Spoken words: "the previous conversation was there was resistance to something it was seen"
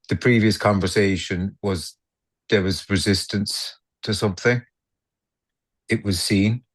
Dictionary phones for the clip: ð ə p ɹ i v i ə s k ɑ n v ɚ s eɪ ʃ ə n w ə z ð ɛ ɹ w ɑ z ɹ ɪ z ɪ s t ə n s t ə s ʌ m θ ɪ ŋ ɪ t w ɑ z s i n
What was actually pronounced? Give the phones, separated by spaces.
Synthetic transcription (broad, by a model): ð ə p ɹ i v i ə s k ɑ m v ɚ s eɪ ʃ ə n w ə z ð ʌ ɹ w ɑ z ɹ ɪ z ɪ s t ə n s t ə s ʌ m θ ɪ ŋ ɪ t w ɑ z s i n